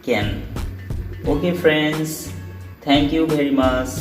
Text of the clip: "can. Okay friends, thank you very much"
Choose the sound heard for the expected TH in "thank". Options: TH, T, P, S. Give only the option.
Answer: T